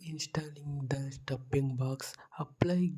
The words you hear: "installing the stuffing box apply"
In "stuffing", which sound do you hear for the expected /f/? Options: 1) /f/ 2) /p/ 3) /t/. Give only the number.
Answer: 2